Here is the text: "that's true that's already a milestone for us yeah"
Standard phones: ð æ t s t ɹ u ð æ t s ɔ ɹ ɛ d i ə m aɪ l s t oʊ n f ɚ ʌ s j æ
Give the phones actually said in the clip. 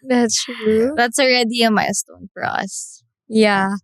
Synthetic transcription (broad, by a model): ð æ t s t ɹ u ð æ t s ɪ ɹ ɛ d i ə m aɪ s t oʊ n f ɚ ʌ s j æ